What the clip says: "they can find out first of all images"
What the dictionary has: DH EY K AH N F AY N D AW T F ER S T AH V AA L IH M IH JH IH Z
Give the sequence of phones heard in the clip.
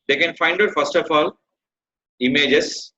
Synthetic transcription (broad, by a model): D EY K AH N F AY N D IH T F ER S T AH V AA L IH M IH JH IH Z